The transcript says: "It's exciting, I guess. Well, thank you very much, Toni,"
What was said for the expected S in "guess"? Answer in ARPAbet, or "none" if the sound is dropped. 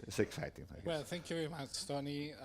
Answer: none